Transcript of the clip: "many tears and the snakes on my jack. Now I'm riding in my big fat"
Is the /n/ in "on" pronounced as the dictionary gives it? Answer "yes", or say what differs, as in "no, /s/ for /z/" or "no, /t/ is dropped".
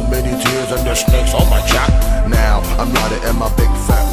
no, /l/ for /n/